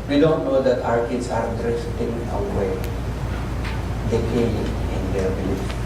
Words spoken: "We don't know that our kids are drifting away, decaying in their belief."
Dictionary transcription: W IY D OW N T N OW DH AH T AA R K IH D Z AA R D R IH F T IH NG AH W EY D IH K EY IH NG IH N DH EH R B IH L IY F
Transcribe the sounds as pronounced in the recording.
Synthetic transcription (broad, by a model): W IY D OW N T N OW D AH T AA R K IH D S AA R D R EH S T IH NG AH W EY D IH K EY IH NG IH N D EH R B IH L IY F